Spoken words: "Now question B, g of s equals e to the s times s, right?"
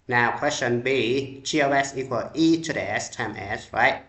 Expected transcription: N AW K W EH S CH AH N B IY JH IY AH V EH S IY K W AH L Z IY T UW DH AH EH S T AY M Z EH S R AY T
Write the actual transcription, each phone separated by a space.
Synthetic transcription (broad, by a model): N AW K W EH S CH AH N B IY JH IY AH W EH S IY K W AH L IY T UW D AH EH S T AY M EH S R AY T